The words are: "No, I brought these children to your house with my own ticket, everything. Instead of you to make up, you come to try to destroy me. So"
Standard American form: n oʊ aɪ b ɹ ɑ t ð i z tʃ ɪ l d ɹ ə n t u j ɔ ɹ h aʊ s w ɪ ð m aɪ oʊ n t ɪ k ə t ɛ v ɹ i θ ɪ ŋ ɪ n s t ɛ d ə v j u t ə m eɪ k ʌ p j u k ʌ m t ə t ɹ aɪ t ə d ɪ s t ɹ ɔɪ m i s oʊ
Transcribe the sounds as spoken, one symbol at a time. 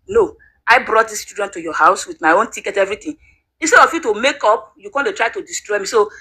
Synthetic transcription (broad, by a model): n oʊ aɪ b ɹ ɑ t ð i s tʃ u d ə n t u j ɔ h aʊ s w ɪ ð m aɪ oʊ n t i k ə t ɛ v ɹ i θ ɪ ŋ ɪ n s t ɛ d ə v j u t ə m eɪ k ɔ p j u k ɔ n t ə t ɹ aɪ t ə d ɪ s t ɹ ɔɪ m i s oʊ